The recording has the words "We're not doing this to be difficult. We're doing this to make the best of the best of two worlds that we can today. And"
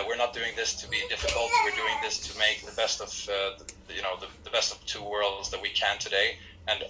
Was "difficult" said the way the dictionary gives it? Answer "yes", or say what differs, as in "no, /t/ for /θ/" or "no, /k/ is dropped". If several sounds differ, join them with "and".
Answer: no, /l/ is dropped